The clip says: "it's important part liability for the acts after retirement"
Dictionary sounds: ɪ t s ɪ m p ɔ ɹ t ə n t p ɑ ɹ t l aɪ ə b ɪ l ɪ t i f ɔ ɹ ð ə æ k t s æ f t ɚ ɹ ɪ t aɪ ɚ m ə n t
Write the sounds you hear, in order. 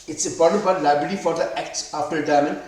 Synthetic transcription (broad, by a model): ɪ t s ɪ m p ɔ ɹ t ə n t b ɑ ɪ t l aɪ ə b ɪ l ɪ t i f ɔ ɹ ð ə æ k t s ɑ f t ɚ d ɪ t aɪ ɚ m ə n